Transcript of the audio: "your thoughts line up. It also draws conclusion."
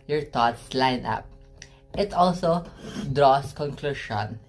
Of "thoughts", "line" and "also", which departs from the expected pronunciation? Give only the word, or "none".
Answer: thoughts